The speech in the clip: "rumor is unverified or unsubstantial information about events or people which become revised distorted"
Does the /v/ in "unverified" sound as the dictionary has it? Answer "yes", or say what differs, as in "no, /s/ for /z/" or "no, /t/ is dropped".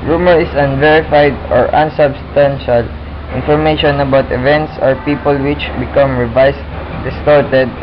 yes